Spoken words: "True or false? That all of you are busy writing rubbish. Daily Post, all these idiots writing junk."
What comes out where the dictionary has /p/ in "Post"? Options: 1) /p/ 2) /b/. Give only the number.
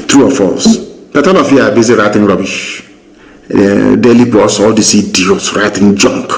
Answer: 2